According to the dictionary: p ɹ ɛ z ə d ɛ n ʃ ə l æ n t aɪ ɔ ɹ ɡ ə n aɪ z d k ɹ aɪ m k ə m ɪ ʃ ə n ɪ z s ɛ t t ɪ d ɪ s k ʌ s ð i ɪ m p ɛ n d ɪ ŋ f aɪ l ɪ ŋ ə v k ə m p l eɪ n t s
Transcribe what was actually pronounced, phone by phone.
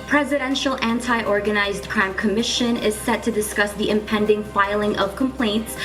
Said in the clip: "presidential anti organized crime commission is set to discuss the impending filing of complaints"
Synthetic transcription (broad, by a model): p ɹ ɛ z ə d ɛ n ʃ l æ n t aɪ ɔ ɹ ɡ ə n aɪ z d k ɹ aɪ m k ə m ɪ ʃ ə n ɪ z s ɛ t t ɪ d ɪ s k ʌ s ð i ɪ m p ɛ n d ɪ ŋ f aɪ l ɪ ŋ ə v k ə m p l eɪ n t s